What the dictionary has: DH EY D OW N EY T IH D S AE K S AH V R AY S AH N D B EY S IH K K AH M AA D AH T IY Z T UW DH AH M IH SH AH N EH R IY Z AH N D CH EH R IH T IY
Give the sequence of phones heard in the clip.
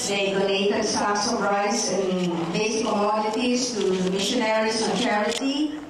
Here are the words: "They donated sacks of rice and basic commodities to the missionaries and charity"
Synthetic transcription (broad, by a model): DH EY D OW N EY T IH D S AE S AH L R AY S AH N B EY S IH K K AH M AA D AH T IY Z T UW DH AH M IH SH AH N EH R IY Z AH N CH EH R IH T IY